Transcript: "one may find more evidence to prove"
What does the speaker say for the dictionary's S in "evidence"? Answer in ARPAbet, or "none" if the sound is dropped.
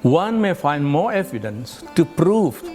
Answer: S